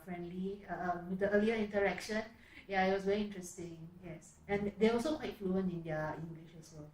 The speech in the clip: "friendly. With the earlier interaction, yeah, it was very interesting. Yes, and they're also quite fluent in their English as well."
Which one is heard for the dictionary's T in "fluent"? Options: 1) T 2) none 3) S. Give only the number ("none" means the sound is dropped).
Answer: 2